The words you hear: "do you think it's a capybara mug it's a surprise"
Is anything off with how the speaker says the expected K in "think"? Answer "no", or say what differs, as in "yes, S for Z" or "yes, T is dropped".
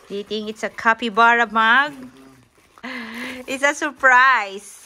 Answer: yes, K is dropped